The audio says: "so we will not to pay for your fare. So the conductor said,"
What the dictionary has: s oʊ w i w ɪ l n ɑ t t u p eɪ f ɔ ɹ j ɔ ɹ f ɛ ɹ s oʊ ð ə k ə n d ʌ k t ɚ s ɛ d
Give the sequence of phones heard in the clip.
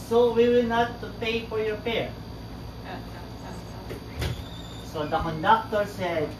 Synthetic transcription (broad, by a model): s oʊ w i w ɪ l n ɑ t t u p eɪ f ɔ ɹ j ɔ ɹ p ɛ ɹ s oʊ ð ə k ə n d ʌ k t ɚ s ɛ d